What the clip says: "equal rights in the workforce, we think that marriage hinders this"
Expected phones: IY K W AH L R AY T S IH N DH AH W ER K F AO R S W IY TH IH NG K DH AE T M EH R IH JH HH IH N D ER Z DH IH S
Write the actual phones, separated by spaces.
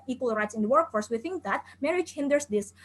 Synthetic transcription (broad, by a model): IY K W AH L R AY T S IH N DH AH W ER K F AO R S W IY TH IH NG K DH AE T M EH R IH JH HH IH N D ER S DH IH S